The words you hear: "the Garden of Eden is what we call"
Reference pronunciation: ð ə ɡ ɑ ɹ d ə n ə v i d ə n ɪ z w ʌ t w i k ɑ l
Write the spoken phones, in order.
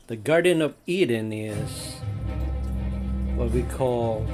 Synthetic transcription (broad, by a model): ð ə ɡ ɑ ɹ d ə n ə v i d n ɪ z w ʌ t w i k ɑ l